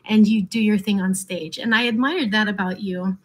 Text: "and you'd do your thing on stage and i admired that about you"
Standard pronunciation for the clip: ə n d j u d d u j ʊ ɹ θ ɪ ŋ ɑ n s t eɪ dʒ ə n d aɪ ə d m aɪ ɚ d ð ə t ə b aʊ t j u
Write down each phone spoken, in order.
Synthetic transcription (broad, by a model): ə n j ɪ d d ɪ j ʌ ɹ θ ɪ ŋ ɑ n s t eɪ dʒ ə n aɪ ə d m aɪ ɚ d ð ə t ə b aʊ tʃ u